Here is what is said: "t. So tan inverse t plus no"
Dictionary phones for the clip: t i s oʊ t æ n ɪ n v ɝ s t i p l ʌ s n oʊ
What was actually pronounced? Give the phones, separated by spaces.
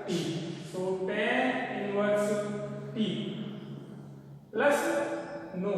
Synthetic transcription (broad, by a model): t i s oʊ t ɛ ɪ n w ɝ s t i l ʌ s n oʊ